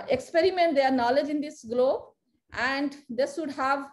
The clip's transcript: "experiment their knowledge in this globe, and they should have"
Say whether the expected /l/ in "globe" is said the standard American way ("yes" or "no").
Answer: yes